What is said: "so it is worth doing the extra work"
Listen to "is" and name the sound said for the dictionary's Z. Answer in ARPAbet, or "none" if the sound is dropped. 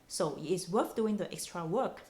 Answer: S